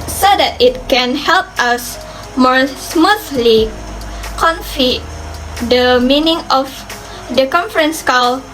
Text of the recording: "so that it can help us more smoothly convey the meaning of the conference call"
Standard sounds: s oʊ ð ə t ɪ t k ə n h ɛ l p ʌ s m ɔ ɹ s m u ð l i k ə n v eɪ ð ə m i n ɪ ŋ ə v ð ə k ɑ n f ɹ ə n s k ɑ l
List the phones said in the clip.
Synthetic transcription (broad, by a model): s oʊ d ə t ɪ t k ə n h ɛ l p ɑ s m ɔ ɹ s m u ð l i k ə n f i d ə m i n ɪ ŋ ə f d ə k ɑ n f ɹ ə n s k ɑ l